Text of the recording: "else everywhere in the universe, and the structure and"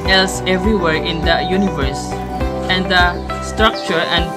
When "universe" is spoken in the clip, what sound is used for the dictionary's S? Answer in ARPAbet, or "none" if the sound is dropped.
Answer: S